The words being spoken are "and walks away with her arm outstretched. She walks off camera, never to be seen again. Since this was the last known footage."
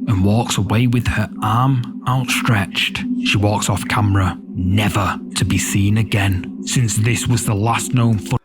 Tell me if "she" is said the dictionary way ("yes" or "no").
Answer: yes